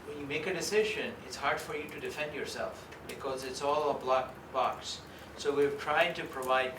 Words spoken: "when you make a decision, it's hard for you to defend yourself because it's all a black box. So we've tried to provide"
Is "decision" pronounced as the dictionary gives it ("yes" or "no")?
yes